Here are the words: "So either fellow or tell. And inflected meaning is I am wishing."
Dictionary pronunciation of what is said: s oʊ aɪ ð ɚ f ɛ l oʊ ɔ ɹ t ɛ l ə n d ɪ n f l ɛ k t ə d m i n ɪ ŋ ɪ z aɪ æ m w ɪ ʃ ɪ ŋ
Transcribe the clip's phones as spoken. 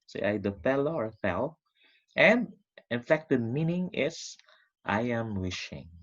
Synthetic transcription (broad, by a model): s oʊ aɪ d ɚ f ɛ l oʊ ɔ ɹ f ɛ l ə n d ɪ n f ɛ k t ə m i n ɪ ŋ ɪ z aɪ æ m w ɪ ʃ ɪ ŋ